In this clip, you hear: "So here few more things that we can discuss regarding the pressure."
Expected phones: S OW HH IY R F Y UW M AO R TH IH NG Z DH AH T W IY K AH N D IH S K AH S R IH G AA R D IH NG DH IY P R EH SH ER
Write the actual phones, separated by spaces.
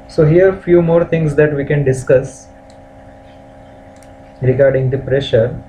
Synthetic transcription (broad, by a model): S OW HH IY R F Y UW M AO R T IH NG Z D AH T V IY K AH N D IH S K AH S R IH G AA R D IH NG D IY P R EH SH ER